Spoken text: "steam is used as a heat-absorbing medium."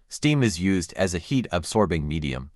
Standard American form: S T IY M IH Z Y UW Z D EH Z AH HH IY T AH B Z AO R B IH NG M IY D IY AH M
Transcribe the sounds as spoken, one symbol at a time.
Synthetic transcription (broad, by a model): S T IY M IH Z Y UW Z D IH Z AH HH IY T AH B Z AO R B IH NG M IY D IY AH M